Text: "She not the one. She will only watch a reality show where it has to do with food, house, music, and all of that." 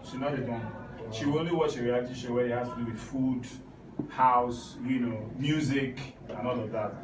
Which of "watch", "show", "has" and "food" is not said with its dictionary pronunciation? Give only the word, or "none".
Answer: has